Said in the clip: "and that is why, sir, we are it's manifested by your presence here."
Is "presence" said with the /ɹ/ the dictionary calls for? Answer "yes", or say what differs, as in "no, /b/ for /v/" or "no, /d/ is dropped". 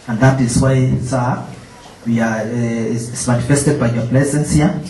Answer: no, /l/ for /ɹ/